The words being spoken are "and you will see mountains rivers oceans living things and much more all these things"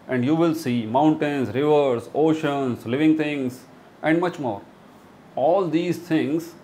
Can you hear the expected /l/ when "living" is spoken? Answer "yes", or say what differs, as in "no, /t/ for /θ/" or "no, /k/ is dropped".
yes